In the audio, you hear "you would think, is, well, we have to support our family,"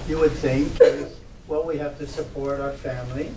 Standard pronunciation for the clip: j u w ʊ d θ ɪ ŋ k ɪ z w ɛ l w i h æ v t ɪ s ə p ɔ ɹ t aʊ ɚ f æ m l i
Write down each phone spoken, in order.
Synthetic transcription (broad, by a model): j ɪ w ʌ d θ ɪ ŋ k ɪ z w ɛ l w i h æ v t ɪ s ə p ɔ ɹ t aʊ ɚ f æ m l i